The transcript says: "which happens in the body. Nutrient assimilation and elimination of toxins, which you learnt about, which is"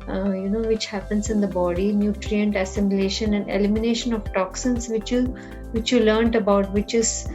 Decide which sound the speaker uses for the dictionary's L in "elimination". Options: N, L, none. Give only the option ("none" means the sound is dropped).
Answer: L